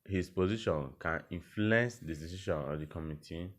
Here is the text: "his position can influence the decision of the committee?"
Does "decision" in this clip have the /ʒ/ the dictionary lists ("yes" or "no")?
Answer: no